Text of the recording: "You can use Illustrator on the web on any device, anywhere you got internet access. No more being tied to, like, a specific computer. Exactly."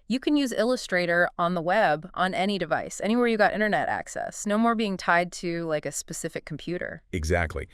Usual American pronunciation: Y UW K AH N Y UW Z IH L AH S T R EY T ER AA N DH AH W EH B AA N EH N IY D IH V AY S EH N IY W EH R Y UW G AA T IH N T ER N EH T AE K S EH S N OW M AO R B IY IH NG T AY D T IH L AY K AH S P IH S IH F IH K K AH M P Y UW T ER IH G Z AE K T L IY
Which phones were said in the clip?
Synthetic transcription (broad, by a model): Y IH K AH N Y UW Z IH L AH S T R EY T ER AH N DH AH W EH B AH N EH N IY D IH V AY S EH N IY W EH R Y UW G AA T IH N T ER N EH T AE K S EH S N OW M AO R B IY IH NG T AY D T IH L AY K AH S P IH S IH F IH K K M P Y UW T ER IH G Z AE K T L IY